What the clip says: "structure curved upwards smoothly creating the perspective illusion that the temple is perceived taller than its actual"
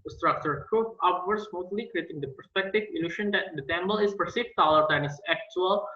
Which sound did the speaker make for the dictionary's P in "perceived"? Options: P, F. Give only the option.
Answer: F